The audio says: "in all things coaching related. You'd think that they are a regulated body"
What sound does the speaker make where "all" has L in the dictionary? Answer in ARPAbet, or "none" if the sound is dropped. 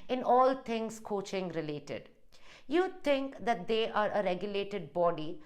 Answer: L